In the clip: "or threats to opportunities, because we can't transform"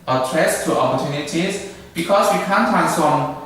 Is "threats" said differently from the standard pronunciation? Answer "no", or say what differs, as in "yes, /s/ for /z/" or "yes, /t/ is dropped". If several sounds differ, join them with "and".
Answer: yes, /t/ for /θ/